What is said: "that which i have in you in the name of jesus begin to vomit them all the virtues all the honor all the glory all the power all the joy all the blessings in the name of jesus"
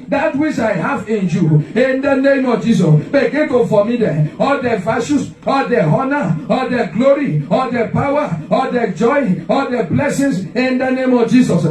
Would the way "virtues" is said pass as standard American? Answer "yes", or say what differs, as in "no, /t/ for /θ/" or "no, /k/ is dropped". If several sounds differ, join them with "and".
no, /ʃ/ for /tʃ/ and /s/ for /z/